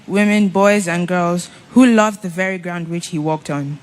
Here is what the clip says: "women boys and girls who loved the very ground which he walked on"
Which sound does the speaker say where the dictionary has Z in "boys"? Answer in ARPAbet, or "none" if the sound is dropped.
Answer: Z